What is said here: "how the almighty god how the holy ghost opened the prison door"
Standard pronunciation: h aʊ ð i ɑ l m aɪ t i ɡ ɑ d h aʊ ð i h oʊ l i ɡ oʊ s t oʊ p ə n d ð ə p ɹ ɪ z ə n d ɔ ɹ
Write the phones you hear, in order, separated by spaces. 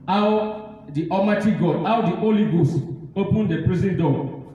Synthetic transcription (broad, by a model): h aʊ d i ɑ m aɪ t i ɡ ɑ d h aʊ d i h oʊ l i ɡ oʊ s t oʊ p ə n d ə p ɹ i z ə n d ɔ